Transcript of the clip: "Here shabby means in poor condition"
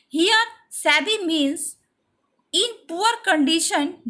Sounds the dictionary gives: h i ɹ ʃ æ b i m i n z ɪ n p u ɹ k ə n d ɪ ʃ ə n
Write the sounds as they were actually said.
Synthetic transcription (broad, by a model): h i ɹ s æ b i m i n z ɪ n p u ɹ k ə n d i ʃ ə n